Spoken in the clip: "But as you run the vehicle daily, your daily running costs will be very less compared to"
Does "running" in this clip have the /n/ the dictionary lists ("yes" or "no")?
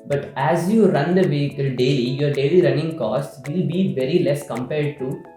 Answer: yes